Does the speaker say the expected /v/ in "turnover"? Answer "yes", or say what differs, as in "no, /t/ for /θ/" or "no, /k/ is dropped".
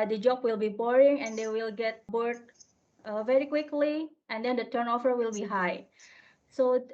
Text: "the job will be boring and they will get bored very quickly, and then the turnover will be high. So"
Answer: no, /f/ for /v/